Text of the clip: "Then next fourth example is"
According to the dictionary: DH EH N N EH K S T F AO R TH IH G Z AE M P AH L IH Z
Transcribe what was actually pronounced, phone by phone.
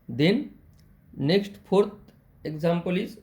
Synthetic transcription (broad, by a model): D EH N N EH K S T P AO R T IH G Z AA M P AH L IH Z